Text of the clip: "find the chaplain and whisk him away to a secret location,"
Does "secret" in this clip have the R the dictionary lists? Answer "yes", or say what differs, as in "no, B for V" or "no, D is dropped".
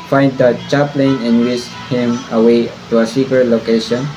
no, R is dropped